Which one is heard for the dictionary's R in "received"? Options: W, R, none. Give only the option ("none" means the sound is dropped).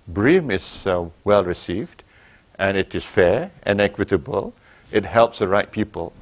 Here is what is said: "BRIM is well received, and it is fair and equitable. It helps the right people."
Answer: R